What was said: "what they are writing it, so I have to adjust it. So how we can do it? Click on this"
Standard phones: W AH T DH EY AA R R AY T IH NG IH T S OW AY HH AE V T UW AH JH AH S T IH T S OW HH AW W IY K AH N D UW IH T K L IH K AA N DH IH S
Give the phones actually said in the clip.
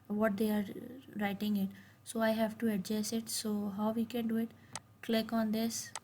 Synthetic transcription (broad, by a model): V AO T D EY AA R R AY T IH NG IH T S OW AY HH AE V T UW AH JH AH S IH T S OW HH AW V IY K AH N D UW IH T K L IH K AA N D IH S